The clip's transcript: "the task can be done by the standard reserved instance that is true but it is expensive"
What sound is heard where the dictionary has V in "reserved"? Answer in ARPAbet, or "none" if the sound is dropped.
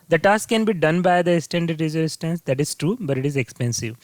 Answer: none